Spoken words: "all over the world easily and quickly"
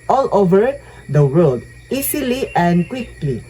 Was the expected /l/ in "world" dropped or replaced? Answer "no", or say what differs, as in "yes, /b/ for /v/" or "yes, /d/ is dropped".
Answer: yes, /l/ is dropped